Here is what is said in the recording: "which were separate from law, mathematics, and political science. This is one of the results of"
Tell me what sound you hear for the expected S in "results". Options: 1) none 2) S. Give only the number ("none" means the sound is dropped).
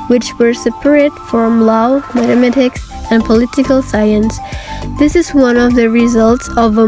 2